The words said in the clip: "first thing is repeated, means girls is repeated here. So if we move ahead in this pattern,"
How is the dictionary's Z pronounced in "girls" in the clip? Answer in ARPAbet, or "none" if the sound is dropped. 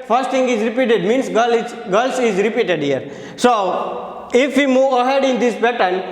S